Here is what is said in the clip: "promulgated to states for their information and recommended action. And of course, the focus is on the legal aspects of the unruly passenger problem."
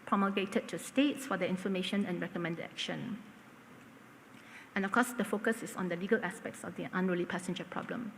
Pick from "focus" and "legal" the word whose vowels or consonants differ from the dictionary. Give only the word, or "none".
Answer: none